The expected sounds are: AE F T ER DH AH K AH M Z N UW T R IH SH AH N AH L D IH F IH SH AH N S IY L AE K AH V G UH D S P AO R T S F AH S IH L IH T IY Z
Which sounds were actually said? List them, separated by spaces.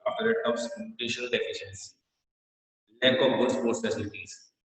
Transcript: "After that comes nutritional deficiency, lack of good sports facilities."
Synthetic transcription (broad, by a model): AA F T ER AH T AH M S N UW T IH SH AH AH L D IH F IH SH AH N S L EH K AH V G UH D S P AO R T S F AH S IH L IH T IY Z